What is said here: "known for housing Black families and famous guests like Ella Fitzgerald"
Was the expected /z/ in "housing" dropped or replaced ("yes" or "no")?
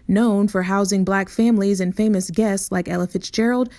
no